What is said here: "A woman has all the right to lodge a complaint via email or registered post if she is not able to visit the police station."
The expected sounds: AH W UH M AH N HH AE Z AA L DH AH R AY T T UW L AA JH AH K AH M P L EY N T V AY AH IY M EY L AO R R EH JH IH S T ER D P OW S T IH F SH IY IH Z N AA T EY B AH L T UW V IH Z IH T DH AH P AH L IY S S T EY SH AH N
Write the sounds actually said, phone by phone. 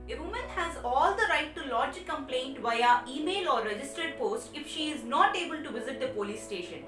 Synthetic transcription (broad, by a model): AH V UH M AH N HH AE Z AA L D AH R AY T T UW L AA JH AH K AH M P L EY N T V AY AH IY M EY L AO R R EH JH IH S T ER D P OW S T IH F SH IY IH Z N AA T EY B AH L T UW V IH Z IH T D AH P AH L IY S S T EY SH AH N